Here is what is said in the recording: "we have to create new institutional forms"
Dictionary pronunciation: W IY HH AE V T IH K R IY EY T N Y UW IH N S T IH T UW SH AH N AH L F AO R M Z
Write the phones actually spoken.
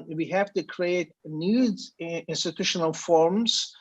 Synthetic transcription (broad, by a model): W IY HH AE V T IH K R IY EY T N Y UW IH N S T IH T UW SH AH N AH L F AO R M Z